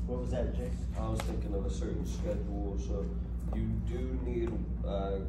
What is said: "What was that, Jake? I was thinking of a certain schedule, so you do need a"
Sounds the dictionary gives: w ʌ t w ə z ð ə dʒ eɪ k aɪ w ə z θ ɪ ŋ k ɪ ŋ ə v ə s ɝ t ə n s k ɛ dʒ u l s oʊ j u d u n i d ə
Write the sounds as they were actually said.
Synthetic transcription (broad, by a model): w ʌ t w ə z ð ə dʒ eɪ aɪ w ə z θ ɪ ŋ k ɪ ŋ ə v ə s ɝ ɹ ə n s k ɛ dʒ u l s oʊ j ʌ d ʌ n i d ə